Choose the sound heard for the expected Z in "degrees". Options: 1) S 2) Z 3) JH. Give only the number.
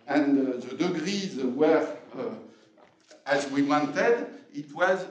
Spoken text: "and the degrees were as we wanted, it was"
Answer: 2